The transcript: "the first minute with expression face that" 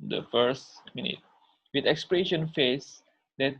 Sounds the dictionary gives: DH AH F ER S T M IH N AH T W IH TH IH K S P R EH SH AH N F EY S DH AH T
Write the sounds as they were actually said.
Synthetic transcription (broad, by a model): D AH F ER S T M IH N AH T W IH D IH K S P R EH SH AH N F EY S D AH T